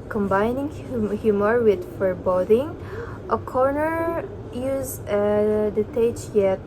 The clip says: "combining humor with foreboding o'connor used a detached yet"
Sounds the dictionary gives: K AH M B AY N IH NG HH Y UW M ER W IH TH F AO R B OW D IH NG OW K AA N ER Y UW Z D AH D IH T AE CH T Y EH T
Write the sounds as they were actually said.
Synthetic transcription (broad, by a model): K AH M B AY N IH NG HH Y UW M ER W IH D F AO R B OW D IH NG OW K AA N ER Y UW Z AH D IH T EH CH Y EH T